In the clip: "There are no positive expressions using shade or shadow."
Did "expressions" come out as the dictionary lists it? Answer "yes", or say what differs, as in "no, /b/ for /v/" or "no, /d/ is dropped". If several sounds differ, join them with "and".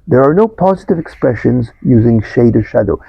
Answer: yes